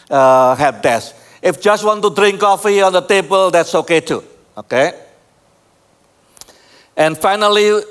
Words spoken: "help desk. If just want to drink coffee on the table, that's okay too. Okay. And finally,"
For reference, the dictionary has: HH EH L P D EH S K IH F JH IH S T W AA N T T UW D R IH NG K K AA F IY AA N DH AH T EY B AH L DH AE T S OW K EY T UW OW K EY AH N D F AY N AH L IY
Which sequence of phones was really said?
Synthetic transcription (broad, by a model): HH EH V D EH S IH F JH IH S T W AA N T T UW D R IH NG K K AA F IY AA N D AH T EY B AH L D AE T S OW K EY T UW OW K EY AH N F AY N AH L IY